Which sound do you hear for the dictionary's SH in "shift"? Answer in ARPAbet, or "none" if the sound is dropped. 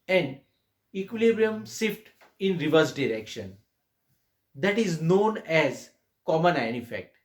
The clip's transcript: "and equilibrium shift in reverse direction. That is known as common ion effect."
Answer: S